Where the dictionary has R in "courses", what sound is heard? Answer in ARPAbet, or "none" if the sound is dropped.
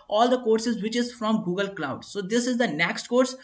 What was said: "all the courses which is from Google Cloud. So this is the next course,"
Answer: R